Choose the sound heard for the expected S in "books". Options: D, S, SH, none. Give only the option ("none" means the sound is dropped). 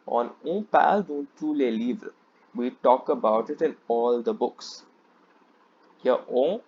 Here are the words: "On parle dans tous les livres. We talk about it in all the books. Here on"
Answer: S